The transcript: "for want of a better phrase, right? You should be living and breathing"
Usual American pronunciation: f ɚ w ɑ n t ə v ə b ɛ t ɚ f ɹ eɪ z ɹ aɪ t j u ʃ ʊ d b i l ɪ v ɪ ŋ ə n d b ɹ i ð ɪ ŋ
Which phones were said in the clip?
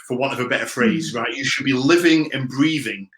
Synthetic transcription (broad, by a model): f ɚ w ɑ t ə v ə b ɛ t ɚ f ɹ eɪ z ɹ aɪ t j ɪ ʃ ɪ d b i l ɪ v ɪ ŋ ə n b ɹ i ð ɪ ŋ